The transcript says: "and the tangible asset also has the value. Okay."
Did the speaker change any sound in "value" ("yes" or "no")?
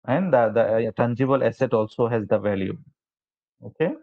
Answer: no